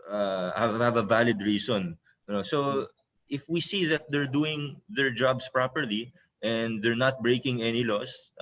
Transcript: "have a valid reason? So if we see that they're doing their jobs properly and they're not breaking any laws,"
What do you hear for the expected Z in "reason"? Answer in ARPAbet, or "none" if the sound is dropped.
S